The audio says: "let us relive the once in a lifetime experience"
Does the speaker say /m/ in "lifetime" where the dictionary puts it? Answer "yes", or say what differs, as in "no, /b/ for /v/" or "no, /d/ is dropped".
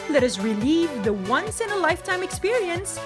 yes